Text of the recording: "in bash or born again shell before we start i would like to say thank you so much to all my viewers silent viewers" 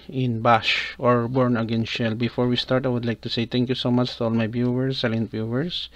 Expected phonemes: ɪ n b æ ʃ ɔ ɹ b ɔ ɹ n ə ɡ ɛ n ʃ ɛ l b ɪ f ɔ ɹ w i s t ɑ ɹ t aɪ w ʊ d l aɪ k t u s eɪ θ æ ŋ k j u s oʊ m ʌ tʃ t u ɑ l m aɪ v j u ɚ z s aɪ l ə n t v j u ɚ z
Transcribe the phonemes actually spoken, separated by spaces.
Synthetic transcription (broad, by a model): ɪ n b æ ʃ ɔ ɹ b ɔ ɹ n ə ɡ ɛ n ʃ ɛ l b ɪ f ɔ ɹ w i s t ɑ ɹ t aɪ w ʊ d l aɪ k t u s eɪ t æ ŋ k j u s oʊ m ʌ tʃ t u ɑ l m aɪ b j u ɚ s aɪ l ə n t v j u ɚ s